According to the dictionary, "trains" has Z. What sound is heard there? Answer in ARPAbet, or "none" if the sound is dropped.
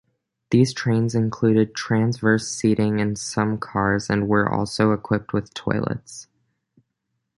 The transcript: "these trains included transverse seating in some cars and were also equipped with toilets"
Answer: Z